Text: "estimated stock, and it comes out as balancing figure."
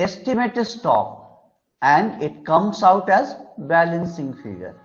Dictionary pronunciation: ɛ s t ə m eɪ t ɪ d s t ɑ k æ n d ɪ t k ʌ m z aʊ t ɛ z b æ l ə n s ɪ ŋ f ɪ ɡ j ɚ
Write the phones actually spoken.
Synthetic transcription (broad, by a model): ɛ s t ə m eɪ t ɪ s t ɑ k æ n d ɪ t k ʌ m s aʊ t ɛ z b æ l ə n s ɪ ŋ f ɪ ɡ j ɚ